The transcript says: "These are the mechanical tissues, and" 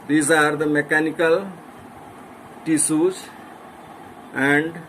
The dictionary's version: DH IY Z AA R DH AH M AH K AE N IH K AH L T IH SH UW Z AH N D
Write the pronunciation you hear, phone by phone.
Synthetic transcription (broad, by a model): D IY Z AA R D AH M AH K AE N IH K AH L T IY S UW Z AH N D